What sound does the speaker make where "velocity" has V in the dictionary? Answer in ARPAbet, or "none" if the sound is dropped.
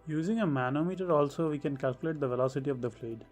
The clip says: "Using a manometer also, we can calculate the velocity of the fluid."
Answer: V